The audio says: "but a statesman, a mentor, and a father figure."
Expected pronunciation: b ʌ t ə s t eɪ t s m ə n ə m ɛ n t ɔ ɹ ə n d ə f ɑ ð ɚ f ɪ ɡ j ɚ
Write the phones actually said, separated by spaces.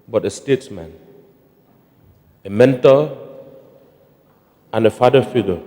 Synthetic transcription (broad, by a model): b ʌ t ə s t eɪ t s m ə n ə m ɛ n t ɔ l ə n ə f ɑ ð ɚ f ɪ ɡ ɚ